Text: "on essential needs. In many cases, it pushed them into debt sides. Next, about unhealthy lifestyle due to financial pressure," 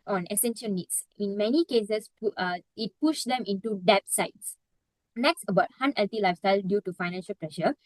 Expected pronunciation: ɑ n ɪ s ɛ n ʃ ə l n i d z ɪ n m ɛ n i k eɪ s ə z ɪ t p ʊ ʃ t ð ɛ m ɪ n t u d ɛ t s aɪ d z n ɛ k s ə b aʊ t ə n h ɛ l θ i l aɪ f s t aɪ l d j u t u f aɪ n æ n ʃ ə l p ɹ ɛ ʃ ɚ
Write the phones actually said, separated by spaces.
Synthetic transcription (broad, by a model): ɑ n ɪ s ɛ n ʃ ə l n i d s ɪ n m ɛ n i k eɪ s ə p ɪ t p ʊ ʃ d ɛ m ɪ n t u d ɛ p s aɪ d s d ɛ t s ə b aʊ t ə n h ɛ l t i l aɪ f s t aɪ l d j u t u f aɪ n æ n ʃ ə l p ɹ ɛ ʃ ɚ